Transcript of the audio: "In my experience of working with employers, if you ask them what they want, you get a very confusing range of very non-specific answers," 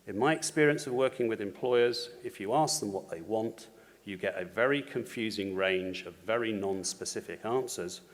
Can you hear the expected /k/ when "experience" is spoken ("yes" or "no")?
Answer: yes